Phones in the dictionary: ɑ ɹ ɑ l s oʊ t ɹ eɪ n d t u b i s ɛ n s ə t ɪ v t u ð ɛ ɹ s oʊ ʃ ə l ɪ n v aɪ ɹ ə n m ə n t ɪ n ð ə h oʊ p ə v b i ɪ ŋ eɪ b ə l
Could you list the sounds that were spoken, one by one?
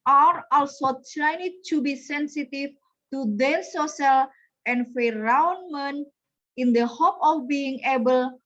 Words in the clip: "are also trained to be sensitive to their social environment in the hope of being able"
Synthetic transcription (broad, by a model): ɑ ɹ ɑ l s oʊ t ɹ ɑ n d t u b i s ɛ n s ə t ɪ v t u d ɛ s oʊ s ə l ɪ n f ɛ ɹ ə n m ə n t ɪ n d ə h oʊ p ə f b i ɪ ŋ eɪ b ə l